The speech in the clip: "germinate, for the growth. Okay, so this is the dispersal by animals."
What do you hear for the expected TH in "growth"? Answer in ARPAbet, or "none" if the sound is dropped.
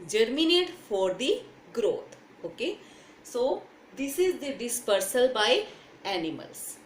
T